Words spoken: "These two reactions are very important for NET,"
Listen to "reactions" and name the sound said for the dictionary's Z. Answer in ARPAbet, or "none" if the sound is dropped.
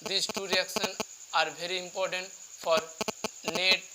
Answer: none